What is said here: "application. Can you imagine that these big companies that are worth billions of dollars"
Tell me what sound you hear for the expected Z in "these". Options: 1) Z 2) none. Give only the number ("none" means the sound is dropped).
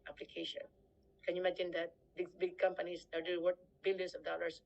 2